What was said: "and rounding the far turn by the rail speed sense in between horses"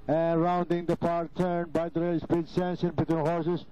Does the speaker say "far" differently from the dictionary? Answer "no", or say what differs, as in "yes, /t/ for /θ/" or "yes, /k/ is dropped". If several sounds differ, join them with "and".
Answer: yes, /p/ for /f/